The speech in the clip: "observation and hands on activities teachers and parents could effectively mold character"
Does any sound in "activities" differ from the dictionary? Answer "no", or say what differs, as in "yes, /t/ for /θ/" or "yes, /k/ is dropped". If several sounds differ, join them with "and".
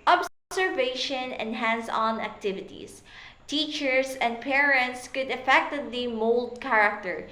yes, /s/ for /z/